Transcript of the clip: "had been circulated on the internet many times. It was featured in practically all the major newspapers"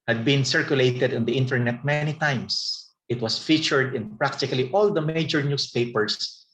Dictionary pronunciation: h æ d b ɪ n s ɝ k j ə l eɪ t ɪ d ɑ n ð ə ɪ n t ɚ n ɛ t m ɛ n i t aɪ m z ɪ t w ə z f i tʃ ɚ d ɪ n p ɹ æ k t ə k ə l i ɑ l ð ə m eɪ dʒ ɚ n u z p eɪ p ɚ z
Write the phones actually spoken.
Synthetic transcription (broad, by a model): h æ d b ɪ n s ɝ k j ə l eɪ t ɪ d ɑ n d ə ɪ n t ɚ n ɛ t m ɛ n i t aɪ m s ɪ t w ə s f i tʃ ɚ d ɪ n p ɹ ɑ k t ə k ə l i ɑ l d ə m eɪ dʒ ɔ n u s p eɪ p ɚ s